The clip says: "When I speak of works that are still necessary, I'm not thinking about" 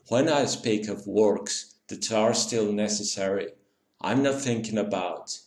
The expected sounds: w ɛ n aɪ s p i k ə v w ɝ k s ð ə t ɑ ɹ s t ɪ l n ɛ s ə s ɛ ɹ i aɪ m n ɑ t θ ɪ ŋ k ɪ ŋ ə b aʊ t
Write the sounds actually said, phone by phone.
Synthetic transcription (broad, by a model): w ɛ n aɪ s p i k ə v w ɝ k s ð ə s ɑ ɹ s t ɪ l n ɛ s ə s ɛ ɹ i aɪ m n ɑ t θ ɪ ŋ k ɪ ŋ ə b aʊ t